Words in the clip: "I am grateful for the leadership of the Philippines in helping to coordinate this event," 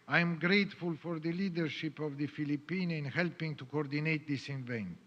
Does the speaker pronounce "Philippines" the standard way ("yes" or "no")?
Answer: no